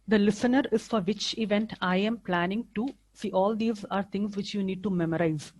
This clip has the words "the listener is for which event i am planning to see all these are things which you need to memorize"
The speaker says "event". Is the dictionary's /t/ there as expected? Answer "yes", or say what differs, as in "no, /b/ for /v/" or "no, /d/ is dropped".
yes